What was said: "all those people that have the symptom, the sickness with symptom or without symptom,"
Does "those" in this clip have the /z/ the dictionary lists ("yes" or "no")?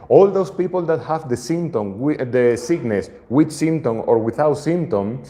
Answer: no